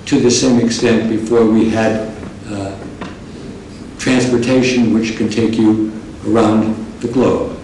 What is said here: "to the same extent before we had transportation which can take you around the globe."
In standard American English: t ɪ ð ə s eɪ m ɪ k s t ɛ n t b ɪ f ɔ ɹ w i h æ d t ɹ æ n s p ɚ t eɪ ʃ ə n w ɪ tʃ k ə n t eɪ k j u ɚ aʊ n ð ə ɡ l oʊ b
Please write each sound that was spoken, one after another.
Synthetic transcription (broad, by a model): t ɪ ð ə s eɪ m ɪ k s t ɛ n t b ɪ f ɔ ɹ w i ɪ d t ɹ æ n s p ɚ t eɪ ʃ ə n w ɪ tʃ k ə n t eɪ k j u ɚ aʊ n ð ə ɡ l oʊ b